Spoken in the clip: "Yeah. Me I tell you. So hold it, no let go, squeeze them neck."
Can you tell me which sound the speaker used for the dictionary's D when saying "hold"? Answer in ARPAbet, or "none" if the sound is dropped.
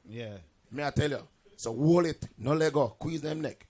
none